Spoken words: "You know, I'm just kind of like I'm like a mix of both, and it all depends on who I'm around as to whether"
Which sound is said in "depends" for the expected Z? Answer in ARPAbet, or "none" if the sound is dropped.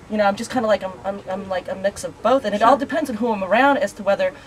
Z